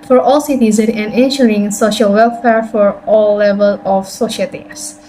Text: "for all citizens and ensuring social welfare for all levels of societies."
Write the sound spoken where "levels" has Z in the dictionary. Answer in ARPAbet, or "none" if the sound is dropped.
none